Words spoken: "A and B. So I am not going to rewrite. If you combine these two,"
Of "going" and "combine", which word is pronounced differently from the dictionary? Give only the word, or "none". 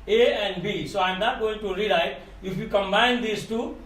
none